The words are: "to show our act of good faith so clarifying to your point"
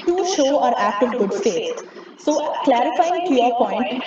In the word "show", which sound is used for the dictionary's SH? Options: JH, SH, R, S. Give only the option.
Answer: SH